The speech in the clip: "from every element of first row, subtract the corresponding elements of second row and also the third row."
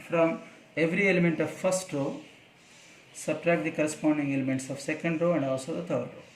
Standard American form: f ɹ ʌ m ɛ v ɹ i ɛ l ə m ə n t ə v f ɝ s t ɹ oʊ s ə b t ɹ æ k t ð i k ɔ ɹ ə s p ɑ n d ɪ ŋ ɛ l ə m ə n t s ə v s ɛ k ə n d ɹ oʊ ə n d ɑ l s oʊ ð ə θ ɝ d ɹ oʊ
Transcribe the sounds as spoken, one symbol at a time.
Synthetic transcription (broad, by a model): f ɹ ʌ m ɛ v ɹ i ɛ l ə m ə n t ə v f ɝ s t ɹ oʊ s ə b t ɹ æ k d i k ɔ ɹ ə s p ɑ n d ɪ ŋ ɛ l ə m ə n t s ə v s ɛ k ə n d ɹ oʊ ə n d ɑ s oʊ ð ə t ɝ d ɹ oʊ